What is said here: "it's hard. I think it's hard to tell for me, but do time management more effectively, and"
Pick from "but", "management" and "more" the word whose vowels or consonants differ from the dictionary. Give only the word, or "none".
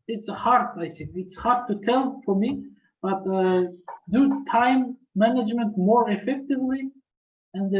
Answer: none